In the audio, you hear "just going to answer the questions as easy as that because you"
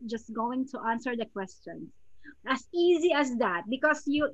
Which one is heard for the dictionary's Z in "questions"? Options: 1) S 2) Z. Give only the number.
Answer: 1